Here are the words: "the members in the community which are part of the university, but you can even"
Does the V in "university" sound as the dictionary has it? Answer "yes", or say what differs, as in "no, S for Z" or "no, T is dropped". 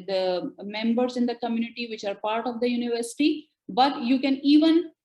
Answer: yes